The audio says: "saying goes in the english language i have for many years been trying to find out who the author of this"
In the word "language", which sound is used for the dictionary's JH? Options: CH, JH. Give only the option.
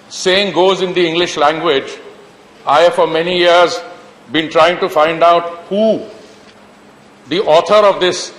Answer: JH